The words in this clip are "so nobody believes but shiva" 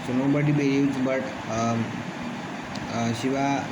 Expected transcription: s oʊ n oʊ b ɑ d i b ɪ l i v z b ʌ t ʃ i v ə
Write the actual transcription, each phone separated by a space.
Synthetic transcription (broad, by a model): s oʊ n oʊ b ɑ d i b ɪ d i z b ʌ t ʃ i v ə